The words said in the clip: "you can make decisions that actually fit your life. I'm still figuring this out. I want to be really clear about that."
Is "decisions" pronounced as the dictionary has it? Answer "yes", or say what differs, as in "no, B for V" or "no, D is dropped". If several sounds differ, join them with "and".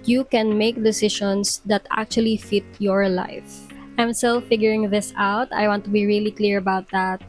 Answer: no, SH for ZH